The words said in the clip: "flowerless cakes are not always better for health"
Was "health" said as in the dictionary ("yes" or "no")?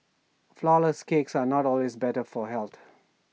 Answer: no